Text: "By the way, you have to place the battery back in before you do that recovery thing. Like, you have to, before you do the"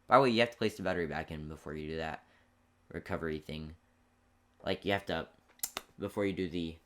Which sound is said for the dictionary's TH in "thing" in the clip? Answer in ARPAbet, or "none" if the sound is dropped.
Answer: TH